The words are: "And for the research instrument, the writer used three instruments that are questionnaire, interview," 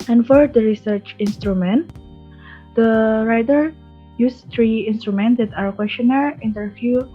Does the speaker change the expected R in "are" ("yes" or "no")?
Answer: yes